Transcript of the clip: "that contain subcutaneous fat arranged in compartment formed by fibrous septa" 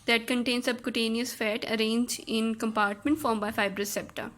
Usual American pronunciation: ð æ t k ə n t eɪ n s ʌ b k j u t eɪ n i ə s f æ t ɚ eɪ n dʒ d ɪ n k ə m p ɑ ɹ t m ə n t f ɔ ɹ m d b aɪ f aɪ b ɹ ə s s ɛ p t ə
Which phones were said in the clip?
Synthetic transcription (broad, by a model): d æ t k ə n t eɪ n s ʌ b k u t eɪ n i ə s f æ t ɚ eɪ n dʒ ɪ n k ə m p ɑ ɹ t m ə n t f ɔ ɹ m b aɪ f aɪ b ɹ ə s s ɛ p t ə